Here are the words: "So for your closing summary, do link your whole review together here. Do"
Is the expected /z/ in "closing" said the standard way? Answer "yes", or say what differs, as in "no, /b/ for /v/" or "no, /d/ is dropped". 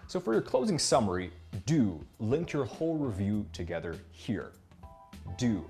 yes